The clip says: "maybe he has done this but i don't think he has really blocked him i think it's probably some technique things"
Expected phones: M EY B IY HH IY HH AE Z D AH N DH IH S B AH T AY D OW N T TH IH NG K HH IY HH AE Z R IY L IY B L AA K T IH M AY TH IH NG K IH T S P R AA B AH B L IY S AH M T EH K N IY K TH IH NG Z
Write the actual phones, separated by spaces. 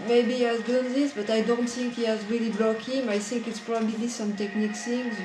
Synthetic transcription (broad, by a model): M EY B IY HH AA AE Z D AH N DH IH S B AH T AY D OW N T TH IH NG K HH IY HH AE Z R IY L IY B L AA K IH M AY TH IH NG K IH T S P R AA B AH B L IY S AH M T EH K N IY K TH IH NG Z